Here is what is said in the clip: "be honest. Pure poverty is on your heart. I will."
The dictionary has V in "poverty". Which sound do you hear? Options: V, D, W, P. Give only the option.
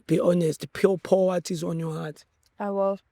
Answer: W